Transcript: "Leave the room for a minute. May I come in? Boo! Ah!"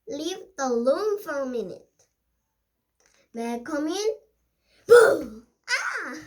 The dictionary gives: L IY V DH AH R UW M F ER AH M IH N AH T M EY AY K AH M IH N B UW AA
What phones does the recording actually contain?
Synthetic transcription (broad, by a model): L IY V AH L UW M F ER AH M IH N AH T M EY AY K AH M IH N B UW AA